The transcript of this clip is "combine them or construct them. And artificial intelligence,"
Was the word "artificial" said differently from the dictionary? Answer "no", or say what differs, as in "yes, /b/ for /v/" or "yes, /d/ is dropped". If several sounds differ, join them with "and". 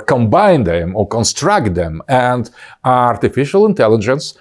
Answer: no